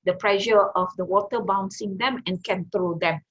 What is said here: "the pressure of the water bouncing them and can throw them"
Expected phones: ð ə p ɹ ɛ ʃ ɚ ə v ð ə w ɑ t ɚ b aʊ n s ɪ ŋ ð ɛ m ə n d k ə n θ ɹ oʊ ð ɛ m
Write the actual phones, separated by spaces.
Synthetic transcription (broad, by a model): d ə p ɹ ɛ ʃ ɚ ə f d ə w ɑ t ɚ b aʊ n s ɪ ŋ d ɛ m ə n k ə n t ɹ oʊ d ɛ m